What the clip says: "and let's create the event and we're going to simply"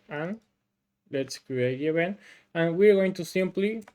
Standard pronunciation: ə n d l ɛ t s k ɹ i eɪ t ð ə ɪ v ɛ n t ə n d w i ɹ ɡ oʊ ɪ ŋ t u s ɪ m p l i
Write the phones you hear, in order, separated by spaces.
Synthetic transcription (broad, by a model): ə n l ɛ t s k ɹ i eɪ t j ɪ b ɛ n ə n w i ɹ ɡ oʊ ɪ ŋ t u s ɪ m p l i